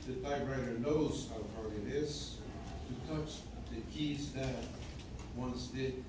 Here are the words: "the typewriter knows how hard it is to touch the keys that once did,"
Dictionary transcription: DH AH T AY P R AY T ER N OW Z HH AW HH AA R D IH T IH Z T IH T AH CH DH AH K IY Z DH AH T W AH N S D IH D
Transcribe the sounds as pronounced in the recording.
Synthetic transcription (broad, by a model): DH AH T AY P R AY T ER N OW Z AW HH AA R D IH T IH Z T IH T AH CH DH AH K IY Z DH AH T W AH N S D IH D